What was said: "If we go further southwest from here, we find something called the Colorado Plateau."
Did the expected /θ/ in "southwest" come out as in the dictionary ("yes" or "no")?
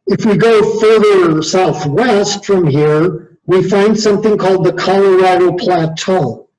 yes